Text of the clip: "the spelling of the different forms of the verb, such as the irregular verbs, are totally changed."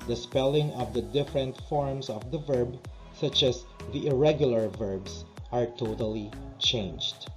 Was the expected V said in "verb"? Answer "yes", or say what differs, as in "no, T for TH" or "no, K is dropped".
yes